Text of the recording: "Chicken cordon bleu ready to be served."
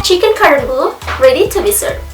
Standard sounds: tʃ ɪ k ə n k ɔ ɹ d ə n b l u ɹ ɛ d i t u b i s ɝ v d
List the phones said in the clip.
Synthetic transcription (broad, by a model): tʃ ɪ k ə n k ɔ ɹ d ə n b u ɹ ɛ d i t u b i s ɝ